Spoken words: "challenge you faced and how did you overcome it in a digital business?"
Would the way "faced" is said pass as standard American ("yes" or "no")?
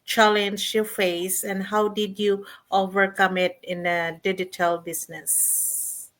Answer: no